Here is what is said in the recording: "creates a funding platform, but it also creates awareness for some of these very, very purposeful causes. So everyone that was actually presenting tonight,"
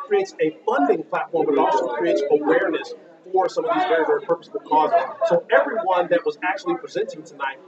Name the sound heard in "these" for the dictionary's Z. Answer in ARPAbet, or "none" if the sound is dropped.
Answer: Z